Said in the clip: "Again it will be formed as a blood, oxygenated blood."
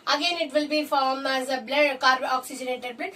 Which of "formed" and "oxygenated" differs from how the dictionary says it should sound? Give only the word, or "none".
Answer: formed